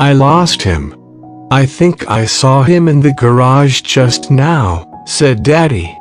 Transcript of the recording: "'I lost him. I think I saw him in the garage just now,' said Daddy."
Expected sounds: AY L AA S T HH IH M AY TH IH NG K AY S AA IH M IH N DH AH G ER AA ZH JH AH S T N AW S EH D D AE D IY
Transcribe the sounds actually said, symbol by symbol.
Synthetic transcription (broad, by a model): AY L AA S T HH IH M AY TH IH NG K AY S AA IH M IH N DH AH G ER AA ZH JH AH S T N AW S EH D D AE D IY